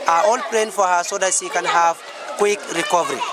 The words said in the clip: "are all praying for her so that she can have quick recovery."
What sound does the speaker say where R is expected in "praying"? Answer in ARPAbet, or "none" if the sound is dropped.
L